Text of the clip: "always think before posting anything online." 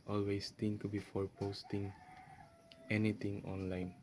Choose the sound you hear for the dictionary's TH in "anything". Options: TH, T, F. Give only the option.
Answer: T